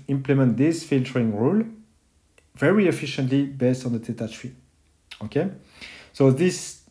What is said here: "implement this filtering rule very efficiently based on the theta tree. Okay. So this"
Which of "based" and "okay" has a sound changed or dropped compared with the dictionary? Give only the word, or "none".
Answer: none